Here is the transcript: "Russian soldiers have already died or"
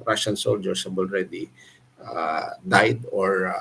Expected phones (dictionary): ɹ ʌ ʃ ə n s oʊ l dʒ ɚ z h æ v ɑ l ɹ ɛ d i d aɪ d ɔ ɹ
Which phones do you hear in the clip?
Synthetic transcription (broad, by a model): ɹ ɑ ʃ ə n s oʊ l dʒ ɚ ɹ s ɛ b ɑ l ɹ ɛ d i d aɪ d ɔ ɹ